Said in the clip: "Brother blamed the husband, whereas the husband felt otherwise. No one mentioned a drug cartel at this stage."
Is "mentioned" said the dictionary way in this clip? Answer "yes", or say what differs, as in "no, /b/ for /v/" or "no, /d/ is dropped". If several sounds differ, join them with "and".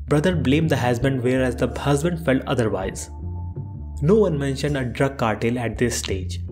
yes